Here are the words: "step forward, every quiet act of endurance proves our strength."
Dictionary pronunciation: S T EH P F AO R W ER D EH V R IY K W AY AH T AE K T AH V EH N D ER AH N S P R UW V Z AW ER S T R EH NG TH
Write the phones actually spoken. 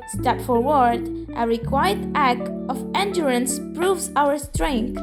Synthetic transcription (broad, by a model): S T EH P F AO R W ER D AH R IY K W AY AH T AE K T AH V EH N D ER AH N S P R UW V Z AW ER S T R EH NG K